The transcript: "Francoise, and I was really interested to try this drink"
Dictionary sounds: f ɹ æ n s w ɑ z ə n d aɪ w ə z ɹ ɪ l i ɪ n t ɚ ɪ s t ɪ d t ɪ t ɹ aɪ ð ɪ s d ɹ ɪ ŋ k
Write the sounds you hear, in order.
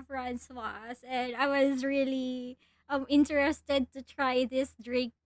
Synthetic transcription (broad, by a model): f ɹ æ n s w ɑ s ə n aɪ w ə z ɹ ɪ l i ɪ n t ɚ ɪ s t ɪ d t ɪ t ɹ aɪ ð ɪ s d ɹ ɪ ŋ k